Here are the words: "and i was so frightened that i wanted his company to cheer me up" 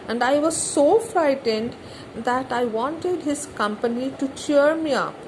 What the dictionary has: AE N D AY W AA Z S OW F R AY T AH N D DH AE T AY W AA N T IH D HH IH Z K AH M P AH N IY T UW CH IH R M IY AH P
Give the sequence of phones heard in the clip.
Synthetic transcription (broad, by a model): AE N D AY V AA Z S OW F R AY T AH N D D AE T AY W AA N T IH D HH IH Z K AH M P AH N IY T UW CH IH R M IY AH P